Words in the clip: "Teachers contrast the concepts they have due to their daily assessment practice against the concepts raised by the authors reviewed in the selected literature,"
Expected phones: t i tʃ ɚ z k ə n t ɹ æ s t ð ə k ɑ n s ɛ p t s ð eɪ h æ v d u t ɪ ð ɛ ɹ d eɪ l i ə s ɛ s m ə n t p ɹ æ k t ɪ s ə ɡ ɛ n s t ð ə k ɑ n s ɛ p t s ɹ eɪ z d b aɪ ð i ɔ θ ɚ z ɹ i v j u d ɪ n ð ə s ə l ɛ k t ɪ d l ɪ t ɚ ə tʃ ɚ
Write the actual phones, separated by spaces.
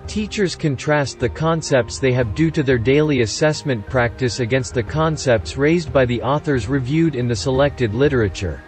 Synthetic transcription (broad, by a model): t i tʃ ɚ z k ə n t ɹ æ s t ð ə k ɑ n s ɛ p t s ð eɪ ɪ v d u t ɪ ð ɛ ɹ d eɪ l i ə s ɛ s m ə n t p ɹ æ k t ɪ s ə ɡ ɛ n s t ð ə k ɑ n s ɛ p t s ɹ eɪ z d b aɪ ð i ɔ θ ɚ z ɹ i v j u d ɪ n ð ə s ə l ɛ k t ɪ d l ɪ t ɚ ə tʃ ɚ